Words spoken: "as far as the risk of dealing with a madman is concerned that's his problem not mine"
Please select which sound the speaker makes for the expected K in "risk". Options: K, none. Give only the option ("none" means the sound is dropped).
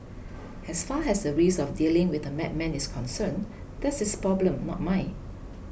none